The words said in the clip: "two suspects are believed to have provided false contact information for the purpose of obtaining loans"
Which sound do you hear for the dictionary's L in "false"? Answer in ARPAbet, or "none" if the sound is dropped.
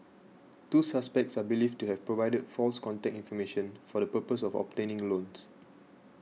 L